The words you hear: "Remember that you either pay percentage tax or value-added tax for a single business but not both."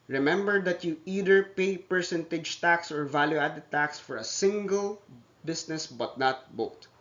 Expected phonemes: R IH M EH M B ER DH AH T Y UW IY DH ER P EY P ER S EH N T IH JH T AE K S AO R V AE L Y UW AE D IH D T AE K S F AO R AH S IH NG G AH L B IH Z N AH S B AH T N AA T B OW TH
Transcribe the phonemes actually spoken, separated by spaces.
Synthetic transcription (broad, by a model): R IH M EH M B ER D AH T Y UW IY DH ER P EY P ER S EH N T IH JH T AE K S AO R V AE L Y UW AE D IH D T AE K S F AO R AH S IH NG G AH L B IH S N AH S B AH T N AA T B OW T